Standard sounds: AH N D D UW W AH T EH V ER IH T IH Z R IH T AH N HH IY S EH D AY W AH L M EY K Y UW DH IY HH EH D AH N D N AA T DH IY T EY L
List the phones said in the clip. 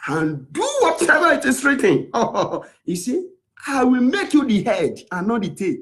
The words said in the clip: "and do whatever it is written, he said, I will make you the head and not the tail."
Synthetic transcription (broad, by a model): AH N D D UW W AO T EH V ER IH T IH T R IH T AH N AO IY S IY AY W AH L M EY K Y UW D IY HH EH D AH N N AA T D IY T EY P